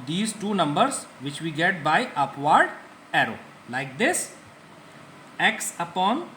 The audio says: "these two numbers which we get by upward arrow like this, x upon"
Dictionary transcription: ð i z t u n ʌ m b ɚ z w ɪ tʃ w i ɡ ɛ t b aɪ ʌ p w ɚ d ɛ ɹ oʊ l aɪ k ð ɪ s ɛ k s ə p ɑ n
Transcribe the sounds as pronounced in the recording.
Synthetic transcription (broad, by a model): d i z t u n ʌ m b ɚ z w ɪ tʃ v i ɡ ɛ t b aɪ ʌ p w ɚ d ɛ ɹ oʊ l aɪ k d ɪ s ɛ k s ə p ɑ n